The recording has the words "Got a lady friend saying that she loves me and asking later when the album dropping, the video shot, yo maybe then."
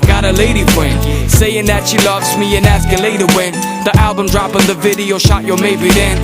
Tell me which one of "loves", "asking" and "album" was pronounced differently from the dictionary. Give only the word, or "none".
none